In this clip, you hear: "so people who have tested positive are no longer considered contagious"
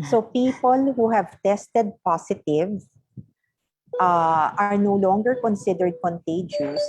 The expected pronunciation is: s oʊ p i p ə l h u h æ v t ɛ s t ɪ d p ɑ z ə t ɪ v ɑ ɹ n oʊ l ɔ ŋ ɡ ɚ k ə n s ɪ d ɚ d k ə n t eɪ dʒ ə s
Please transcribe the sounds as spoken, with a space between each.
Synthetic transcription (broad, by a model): s oʊ p i p ə l h u h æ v t ɛ s t ɪ d p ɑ s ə t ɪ v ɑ ɹ n oʊ l ɔ ŋ ɡ ɚ k ə n s ɪ d ɚ d k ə n t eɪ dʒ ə s